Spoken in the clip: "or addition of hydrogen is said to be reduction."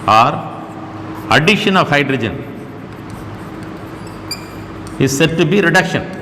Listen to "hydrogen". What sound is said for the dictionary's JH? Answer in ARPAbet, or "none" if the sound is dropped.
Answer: JH